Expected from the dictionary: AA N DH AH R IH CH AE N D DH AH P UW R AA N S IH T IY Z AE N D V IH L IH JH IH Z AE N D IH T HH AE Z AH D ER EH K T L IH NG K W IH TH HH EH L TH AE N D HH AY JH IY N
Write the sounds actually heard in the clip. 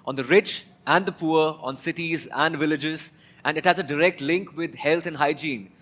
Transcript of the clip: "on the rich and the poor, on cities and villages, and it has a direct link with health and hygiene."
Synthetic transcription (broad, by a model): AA N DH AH R IH CH AE N D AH P UW R AA N S IH T IY Z AE N D V IH L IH JH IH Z AE N D IH T HH AE Z AH D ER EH K T L IH NG K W IH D HH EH L T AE N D HH AY JH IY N